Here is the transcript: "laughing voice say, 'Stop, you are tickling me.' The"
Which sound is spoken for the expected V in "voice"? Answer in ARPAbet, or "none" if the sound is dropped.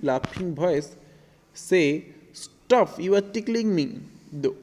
B